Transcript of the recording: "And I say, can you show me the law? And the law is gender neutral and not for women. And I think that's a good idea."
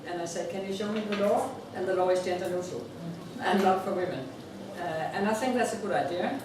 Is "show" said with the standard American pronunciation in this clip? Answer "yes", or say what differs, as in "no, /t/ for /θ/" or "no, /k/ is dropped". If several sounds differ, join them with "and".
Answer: yes